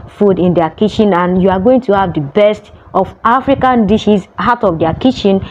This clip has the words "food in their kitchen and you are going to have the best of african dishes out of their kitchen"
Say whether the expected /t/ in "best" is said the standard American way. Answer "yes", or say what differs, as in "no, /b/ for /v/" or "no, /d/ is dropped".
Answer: yes